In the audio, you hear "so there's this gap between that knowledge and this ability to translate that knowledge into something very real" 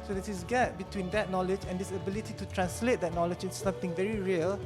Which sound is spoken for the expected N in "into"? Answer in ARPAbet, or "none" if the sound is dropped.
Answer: none